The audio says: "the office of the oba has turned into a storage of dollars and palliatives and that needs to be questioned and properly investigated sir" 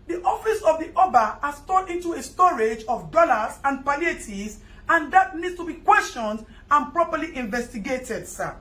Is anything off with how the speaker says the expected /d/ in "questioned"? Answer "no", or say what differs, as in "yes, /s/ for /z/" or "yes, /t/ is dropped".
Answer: no